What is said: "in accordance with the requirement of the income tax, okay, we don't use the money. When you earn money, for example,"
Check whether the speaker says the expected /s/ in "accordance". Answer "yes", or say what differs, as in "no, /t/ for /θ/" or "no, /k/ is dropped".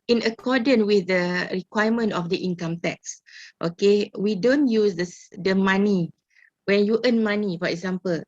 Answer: no, /s/ is dropped